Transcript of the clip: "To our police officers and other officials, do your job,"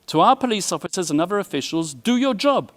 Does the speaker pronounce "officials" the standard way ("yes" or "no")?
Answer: yes